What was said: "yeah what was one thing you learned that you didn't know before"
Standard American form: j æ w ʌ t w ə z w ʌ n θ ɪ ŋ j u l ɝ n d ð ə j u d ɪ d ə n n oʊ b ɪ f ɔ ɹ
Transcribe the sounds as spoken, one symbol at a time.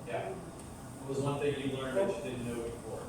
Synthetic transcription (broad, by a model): j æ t w ə z w ʌ n θ ɪ ŋ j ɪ l ɝ n d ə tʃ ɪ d ɪ d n n oʊ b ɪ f ɔ ɹ